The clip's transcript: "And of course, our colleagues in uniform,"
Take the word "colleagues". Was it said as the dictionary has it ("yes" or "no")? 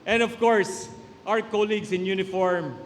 no